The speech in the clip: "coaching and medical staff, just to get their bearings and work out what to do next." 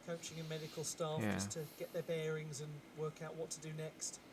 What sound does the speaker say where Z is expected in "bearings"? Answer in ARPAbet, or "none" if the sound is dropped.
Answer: Z